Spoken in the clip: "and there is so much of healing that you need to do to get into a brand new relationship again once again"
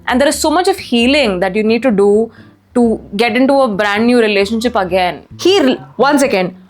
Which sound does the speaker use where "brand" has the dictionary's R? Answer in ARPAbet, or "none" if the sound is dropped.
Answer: R